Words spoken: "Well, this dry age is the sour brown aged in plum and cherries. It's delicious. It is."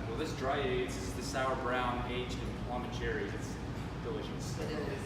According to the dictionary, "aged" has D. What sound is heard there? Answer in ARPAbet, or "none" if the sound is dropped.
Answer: none